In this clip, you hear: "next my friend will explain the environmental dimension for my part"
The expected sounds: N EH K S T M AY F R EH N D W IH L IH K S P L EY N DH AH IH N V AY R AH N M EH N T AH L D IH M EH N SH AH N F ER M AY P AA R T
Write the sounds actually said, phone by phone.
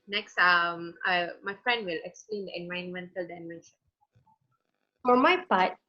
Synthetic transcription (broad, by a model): N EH K S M M AY F R EH N D W IH L IH K S P L EY N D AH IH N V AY AH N M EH N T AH L D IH M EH N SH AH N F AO M AY P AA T